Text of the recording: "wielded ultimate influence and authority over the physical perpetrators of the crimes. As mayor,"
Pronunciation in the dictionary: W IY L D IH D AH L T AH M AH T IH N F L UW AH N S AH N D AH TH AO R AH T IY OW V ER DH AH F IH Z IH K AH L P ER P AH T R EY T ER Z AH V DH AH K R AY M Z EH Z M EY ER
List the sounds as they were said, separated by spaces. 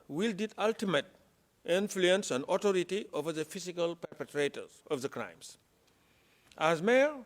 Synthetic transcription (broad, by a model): W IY L D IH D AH L T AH M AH T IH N F L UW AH N S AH N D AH T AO R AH T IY OW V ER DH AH F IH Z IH K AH L P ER P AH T R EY T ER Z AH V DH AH K R AY M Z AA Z M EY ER